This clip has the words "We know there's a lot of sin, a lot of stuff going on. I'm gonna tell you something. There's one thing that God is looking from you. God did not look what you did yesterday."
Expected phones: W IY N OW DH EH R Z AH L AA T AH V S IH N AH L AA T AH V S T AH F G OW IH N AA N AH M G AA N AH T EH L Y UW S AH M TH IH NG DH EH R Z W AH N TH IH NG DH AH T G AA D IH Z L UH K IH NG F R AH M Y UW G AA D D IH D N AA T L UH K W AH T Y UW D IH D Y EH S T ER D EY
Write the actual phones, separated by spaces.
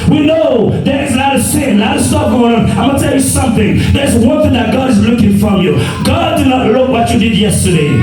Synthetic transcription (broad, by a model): W IY N OW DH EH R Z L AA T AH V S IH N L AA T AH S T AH P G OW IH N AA AH M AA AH T EH L Y UW S AH M TH IH NG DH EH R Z W AH N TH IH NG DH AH T G AA D IH Z L UH K IH NG F R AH M Y UW G AA D D IH D N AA T L UH K W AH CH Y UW D IH D Y EH S T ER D EY